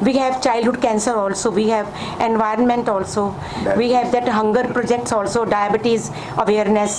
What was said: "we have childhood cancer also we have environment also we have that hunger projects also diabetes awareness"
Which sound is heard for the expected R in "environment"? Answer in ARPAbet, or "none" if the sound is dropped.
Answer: R